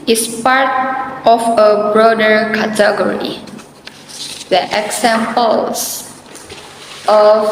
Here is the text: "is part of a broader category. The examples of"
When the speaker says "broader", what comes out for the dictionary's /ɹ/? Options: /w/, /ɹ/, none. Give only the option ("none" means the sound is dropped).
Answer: /ɹ/